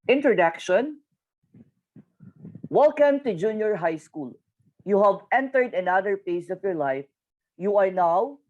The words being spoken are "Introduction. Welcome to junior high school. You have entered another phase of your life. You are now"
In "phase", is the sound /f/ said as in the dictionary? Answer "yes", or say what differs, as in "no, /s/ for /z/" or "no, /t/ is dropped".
no, /p/ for /f/